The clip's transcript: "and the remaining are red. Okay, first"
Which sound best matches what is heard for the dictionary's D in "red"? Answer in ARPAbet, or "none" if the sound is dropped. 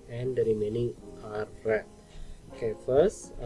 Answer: none